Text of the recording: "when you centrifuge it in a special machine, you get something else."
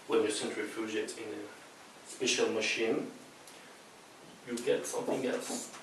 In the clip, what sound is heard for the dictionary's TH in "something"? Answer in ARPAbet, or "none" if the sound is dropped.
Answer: TH